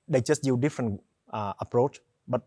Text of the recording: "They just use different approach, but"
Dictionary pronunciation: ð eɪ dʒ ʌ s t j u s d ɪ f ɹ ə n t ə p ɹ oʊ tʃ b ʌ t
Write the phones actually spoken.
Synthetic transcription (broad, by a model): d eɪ dʒ ʌ s t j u d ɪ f ɹ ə n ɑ ə p ɹ oʊ tʃ b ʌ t